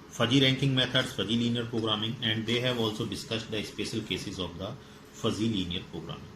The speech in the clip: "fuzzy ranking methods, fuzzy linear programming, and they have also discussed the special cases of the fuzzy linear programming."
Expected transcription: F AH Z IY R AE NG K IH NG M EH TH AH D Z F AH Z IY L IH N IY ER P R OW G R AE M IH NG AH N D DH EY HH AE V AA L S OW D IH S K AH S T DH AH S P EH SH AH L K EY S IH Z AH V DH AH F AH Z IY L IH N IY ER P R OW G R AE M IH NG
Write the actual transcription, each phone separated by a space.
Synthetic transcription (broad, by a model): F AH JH IY R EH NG K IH NG M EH T AH D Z F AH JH IY L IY N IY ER P R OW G R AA M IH NG AH N D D EY HH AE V AA L S OW D IH S K AH S T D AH S P EH SH AH L K EY S IH Z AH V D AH F AH Z IY L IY N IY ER P R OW G R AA M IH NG